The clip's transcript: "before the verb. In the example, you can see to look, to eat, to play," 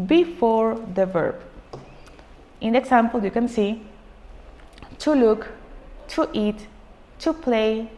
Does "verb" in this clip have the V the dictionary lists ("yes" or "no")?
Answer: yes